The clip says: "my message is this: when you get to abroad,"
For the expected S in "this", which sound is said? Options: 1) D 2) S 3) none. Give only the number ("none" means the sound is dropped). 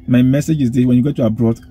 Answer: 3